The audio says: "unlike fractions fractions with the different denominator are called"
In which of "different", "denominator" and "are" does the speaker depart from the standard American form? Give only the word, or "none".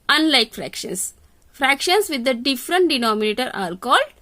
are